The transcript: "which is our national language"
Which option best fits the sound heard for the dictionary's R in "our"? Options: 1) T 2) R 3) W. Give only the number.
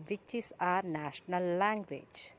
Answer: 2